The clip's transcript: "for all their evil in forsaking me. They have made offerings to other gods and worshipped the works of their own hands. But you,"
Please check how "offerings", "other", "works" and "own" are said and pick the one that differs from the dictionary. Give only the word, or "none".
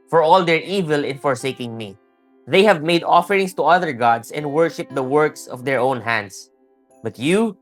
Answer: offerings